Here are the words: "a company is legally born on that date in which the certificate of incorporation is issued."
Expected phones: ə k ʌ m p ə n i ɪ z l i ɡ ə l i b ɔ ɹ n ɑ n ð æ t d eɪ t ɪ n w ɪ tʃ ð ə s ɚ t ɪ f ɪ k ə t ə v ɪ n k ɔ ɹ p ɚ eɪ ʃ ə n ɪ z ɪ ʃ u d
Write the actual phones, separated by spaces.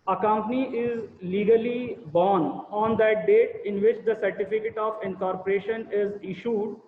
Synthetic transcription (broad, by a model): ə k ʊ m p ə n i ɪ z l i ɡ ə l i b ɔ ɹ n ɑ n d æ t d eɪ t ɪ n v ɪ tʃ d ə s ɚ t ɪ f ɪ k ə t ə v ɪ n k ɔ ɹ p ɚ eɪ ʃ ə n ɪ z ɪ ʃ u d